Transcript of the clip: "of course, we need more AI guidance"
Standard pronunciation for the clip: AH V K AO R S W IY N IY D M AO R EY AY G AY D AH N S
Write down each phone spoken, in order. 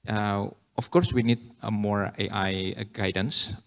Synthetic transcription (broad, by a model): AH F K AO R S W IY N IY D M AO R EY AY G AY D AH N S